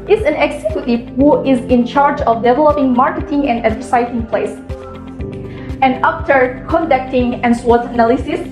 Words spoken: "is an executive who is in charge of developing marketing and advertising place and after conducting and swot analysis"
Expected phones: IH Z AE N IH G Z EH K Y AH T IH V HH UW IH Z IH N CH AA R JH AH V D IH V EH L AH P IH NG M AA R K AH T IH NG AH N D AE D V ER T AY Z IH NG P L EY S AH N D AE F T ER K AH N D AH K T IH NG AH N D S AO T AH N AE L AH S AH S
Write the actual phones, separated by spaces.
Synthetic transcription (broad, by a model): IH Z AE N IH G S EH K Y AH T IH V HH UW IH Z IH N CH AA R JH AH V D IH V EH L AH P IH NG M AA R K AH T IH NG AH N D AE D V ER S AY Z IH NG P L EY S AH N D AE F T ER K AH N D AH K T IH NG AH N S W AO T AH N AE L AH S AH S